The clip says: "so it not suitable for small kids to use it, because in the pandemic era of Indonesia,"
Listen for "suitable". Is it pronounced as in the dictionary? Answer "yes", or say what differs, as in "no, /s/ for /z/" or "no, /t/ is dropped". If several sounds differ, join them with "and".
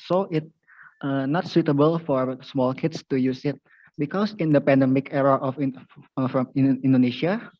yes